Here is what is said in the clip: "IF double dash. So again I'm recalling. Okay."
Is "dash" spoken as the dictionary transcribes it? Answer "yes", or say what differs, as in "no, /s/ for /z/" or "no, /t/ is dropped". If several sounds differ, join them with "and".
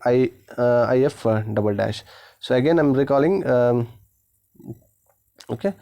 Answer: yes